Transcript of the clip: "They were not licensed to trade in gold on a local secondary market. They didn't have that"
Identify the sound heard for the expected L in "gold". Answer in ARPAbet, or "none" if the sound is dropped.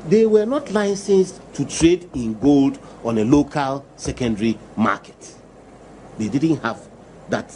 L